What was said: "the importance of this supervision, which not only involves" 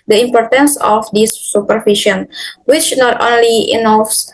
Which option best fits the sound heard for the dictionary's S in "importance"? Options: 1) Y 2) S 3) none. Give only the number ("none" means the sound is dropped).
2